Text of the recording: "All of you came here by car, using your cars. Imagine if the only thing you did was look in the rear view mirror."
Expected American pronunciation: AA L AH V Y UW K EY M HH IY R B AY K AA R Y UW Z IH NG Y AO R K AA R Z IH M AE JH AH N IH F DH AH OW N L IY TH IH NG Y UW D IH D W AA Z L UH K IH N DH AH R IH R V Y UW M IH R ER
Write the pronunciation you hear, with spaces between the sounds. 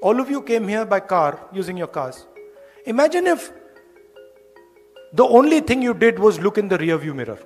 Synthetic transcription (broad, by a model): AA L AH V Y UW K EY M HH IY R B AY K AA R Y UW Z IH NG Y AO R K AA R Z IH M AE JH AH N IH F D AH OW N L IY T IH NG Y UW D IH D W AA Z L UH K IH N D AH R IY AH V Y UW M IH R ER